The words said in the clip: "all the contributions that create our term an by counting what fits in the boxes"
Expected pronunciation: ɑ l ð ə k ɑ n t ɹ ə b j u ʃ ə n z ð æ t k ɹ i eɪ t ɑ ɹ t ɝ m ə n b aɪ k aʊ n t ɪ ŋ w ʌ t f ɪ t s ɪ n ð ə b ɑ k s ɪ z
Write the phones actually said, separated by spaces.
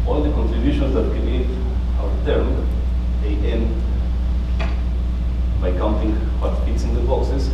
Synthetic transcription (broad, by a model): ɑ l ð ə k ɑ n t ɹ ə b j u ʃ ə n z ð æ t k i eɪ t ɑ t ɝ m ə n b aɪ k aʊ n t ɪ ŋ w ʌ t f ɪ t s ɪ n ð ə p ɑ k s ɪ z